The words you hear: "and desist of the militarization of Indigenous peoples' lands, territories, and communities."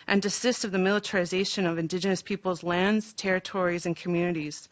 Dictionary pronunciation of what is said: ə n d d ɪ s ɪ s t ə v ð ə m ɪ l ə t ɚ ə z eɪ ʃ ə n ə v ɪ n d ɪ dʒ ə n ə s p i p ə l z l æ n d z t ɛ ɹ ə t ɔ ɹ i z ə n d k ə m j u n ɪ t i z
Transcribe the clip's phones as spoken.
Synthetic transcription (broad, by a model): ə n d d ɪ s ɪ s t ə v ð ə m ɪ l ə t ɚ ə z eɪ ʃ ə n ə v ɪ n d ɪ dʒ ə n ə s p i p l z l æ n d z t ɛ ɹ ə t ɔ ɹ i z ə n k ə m j u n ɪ t i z